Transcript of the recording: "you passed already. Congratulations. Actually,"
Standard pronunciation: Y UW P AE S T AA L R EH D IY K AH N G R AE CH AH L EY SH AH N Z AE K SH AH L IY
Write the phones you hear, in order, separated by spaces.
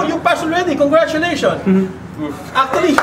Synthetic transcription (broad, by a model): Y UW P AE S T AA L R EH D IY K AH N G R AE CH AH L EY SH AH N AA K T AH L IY